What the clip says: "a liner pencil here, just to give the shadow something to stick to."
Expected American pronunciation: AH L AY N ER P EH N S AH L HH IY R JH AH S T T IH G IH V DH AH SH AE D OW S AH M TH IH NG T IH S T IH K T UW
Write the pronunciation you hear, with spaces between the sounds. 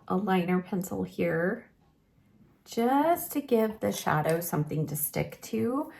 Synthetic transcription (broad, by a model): AH L AY N ER P EH N S L HH IY R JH AH S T T IH G IH V DH AH SH AE D OW S AH M TH IH NG T IH S T IH K T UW